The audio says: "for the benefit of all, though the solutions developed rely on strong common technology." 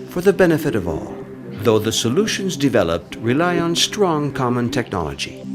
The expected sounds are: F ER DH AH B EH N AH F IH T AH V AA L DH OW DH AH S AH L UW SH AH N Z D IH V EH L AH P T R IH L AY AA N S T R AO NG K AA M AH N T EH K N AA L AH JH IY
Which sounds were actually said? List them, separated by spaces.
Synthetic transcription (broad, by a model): F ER DH AH B EH N AH F IH T AH V AA L DH OW DH AH S AH L UW SH AH N Z D IH V EH L AH P T R IH L AY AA N S T R AO NG K AA M AH N T EH K N AA L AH JH IY